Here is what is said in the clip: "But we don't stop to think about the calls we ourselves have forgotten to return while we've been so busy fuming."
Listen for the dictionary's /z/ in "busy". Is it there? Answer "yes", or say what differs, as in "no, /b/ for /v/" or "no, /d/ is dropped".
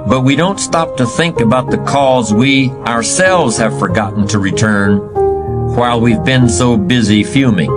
yes